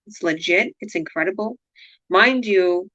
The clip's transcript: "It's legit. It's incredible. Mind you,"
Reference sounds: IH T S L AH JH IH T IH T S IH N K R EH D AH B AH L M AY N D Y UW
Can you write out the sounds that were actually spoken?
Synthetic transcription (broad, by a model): T S L AH JH IH T IH T S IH N K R EH D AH B L M AY N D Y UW